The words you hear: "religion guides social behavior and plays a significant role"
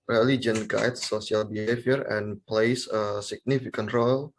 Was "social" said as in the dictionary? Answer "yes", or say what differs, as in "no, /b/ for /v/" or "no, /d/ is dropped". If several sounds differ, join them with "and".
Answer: no, /s/ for /ʃ/